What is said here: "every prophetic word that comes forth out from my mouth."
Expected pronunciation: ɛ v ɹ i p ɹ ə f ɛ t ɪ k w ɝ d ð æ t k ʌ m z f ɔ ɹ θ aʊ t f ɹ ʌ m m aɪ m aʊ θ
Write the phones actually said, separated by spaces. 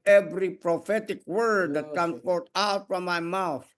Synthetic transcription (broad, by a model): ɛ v ɹ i p ɹ ə f ɛ t ɪ k w ɝ d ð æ t k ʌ m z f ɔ ɹ t aʊ t f ɹ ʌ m m aɪ m aʊ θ